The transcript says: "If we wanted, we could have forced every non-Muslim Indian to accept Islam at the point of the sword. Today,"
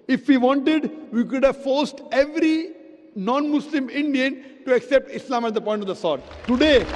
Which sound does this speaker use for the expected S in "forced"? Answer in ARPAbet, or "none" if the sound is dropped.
S